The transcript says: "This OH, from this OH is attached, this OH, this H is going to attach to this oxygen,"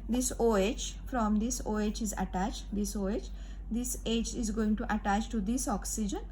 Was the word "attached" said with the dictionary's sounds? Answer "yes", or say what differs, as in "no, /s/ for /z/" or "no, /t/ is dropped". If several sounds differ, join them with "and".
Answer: yes